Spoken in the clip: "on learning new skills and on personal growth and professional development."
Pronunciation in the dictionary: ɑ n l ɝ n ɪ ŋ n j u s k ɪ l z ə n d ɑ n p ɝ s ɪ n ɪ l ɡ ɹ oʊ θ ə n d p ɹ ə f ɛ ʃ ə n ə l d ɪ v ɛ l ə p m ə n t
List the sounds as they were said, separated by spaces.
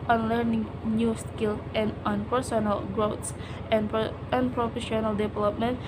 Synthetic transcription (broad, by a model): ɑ n l ɝ n ɪ ŋ n j u s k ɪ l ə n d ɑ n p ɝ s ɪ n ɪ l ɡ ɹ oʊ t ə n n p ɹ ə f ɛ ʃ ə n ə l d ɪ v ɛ l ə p m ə n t